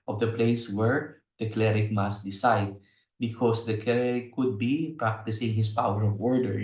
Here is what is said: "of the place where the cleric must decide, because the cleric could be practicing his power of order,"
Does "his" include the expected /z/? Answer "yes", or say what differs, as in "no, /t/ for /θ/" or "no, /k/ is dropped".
no, /s/ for /z/